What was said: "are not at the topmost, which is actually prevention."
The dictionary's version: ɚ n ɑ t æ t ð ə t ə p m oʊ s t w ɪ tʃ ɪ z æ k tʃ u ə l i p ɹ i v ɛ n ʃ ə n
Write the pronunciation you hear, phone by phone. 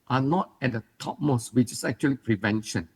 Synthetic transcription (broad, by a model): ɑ n ɑ t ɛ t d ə t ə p m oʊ s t w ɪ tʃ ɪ s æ k tʃ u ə l i p ɹ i v ɛ n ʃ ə n